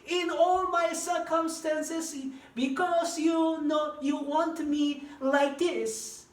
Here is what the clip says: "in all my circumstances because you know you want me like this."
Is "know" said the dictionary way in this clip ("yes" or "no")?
yes